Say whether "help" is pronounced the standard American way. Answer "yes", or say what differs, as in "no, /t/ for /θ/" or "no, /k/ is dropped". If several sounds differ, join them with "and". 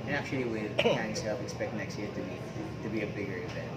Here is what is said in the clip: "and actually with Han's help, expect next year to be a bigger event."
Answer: no, /f/ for /p/